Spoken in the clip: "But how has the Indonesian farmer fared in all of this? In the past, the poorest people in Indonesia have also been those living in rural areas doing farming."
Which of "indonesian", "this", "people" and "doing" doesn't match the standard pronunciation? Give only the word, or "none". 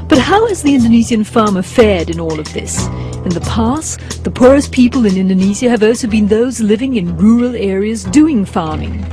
indonesian